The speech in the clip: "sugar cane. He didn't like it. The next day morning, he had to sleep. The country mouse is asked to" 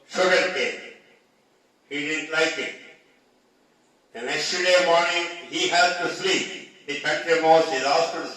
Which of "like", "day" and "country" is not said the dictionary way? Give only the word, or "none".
country